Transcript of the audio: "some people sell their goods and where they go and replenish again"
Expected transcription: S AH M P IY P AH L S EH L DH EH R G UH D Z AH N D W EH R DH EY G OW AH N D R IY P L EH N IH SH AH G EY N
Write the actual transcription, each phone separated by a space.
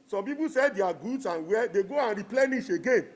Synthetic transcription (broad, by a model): S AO M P IY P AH S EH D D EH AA G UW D S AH N W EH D EY G OW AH N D R IY P L EH N IH SH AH G EY N